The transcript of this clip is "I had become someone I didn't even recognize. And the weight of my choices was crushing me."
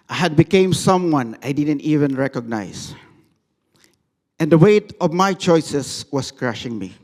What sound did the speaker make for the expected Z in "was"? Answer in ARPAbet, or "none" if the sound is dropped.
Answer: S